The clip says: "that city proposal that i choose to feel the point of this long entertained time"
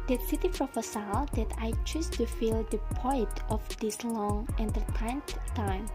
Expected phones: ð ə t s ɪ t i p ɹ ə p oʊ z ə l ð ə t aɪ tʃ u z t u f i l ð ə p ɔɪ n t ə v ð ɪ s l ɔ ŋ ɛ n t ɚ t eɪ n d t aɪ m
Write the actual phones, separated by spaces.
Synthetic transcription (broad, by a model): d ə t s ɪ t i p ɹ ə f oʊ s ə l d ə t aɪ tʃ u s t u f i l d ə p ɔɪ t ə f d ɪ s l ɔ ŋ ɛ n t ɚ t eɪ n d t aɪ m